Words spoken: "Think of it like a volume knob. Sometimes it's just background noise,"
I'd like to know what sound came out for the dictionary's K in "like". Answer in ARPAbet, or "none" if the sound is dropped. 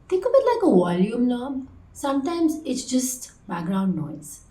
K